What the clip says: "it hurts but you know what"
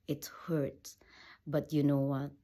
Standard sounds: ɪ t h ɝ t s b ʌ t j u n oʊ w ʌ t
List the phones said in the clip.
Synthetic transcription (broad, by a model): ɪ t h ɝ t b ʌ t j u n oʊ w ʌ t